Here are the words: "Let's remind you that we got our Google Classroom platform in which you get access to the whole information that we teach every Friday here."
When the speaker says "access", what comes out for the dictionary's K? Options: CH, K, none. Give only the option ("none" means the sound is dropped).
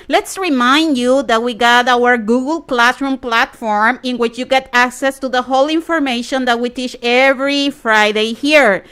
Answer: K